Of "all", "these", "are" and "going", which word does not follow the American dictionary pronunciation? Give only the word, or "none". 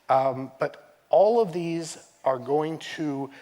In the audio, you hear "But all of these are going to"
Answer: none